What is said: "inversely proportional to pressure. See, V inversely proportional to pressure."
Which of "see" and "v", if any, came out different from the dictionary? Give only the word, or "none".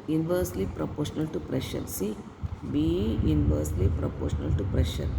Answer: v